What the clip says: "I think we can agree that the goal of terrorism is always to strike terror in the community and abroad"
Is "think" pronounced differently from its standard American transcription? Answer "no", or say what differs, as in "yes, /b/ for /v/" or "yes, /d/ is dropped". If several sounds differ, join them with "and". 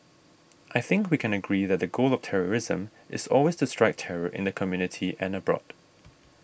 no